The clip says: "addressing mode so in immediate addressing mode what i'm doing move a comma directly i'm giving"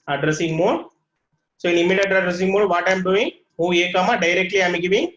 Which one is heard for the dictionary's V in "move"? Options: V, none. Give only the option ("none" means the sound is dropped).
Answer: none